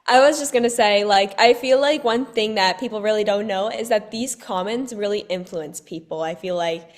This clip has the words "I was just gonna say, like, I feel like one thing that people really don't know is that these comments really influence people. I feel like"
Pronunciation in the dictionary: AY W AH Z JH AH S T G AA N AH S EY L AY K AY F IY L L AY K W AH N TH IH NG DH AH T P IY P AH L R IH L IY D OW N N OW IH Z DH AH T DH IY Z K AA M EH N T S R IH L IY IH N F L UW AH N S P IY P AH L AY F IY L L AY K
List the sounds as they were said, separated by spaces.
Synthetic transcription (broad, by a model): AY W AH Z JH AH S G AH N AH S EY L AY K AY F IY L L AY K W AH N TH IH NG DH AH T P IY P L R IH L IY D OW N N OW IH Z DH AH T DH IY Z K AA M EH N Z R IH L IY IH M F L UW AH N S P IY P L AY F IY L L AY K